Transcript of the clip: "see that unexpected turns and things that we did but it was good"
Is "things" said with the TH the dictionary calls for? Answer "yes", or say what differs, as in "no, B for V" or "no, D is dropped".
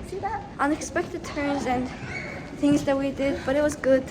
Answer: yes